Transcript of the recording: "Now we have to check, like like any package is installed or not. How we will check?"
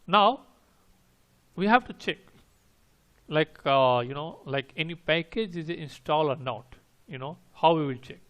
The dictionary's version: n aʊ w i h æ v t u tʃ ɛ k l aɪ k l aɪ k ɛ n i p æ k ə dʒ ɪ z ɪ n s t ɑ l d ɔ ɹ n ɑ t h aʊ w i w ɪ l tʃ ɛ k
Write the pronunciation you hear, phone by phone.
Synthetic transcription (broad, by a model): n aʊ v i h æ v t u tʃ ɛ k l aɪ k l aɪ k ɛ n i p æ k ə dʒ ɪ z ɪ n s t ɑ l ɔ ɹ n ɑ t h aʊ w i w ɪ l tʃ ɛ k